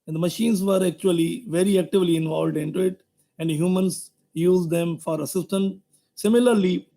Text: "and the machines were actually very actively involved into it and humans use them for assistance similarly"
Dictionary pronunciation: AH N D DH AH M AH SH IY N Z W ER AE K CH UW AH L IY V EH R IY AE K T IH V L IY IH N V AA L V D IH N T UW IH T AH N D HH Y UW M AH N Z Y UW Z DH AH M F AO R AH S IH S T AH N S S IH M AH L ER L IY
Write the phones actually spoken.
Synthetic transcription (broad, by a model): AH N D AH M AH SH IY N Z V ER AE K CH UW AH L IY V EH R IY AE K T IH V L IY IH N V AA L V D IH N T UW IH T AH N D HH Y UW M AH N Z Y UW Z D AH M F AO R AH S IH S T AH N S S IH M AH L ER L IY